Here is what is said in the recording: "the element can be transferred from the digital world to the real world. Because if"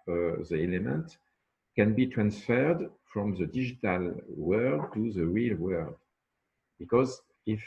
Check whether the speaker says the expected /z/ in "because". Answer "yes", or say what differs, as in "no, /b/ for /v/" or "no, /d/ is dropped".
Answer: yes